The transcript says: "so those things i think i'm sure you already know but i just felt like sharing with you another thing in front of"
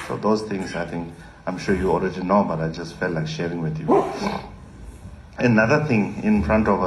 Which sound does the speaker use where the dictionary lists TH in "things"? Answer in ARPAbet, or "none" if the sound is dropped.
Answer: T